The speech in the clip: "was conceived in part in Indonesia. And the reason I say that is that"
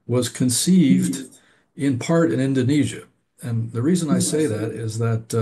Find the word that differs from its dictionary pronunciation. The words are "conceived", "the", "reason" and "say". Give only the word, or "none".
none